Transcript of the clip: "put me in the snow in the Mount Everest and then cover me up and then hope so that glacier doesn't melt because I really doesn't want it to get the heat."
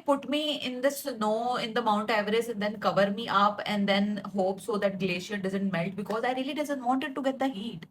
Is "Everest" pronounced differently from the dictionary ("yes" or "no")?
yes